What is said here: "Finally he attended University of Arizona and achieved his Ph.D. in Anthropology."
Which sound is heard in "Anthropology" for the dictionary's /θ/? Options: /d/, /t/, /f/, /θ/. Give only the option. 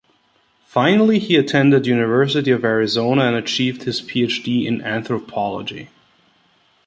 /θ/